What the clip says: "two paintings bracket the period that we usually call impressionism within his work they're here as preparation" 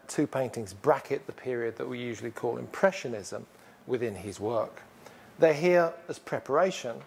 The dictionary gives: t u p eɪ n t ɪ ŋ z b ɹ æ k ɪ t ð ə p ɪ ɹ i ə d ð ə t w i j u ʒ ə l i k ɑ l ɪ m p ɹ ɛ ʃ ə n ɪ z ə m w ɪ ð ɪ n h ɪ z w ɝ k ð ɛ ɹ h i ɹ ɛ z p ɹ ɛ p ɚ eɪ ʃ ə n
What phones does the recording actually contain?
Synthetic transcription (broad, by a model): t u p eɪ n t ɪ ŋ z b ɹ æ k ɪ t ð ə p ɪ ɹ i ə d ð ə t w i j u ʒ ə l i k ɑ l ɪ m p ɹ ɛ ʃ ə n ɪ z ə m w ɪ ð ɪ n ɪ z w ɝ k ð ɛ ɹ h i ɹ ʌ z p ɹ ɛ p ɚ eɪ ʃ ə n